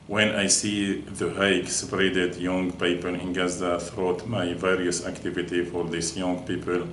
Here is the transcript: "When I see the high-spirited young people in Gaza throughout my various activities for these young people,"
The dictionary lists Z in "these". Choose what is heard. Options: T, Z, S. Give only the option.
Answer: S